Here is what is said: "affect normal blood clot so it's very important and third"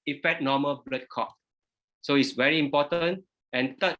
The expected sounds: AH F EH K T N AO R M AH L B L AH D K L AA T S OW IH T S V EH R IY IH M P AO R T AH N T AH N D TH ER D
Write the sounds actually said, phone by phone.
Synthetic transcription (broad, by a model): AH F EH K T N AO M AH L B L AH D K AA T S OW IH T S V EH R IY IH M P AO T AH N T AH N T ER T